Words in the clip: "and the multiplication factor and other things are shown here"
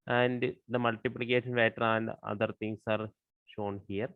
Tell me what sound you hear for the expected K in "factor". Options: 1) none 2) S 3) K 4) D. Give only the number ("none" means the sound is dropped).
1